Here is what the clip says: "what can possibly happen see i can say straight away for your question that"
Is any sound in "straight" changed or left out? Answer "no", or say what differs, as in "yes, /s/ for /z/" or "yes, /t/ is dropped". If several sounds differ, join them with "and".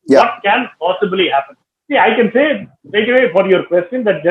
yes, /ɹ/ is dropped